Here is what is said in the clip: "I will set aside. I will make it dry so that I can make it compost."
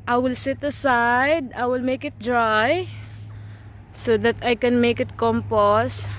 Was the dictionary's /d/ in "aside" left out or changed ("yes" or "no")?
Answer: no